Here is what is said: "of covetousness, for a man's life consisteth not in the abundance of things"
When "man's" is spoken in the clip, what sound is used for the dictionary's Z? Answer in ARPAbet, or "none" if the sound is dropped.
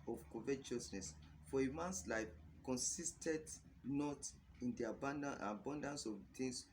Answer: S